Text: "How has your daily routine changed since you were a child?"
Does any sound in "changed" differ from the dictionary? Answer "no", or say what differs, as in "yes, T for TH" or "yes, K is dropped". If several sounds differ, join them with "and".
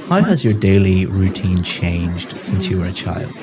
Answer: no